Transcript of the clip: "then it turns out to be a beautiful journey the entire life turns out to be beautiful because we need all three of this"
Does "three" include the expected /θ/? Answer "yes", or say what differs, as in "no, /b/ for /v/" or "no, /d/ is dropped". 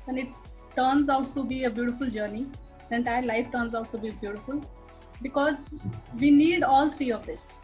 no, /t/ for /θ/